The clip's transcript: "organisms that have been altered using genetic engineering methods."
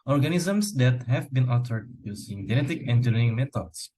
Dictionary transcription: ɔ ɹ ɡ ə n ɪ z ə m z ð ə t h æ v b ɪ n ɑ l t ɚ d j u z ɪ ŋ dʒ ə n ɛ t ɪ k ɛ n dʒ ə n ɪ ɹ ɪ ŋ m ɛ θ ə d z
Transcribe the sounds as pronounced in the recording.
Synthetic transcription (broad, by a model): ɔ ɹ ɡ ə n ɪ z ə m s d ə t h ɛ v b ɪ n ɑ t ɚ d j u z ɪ ŋ dʒ ə n ɛ t ɪ k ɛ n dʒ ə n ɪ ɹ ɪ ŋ m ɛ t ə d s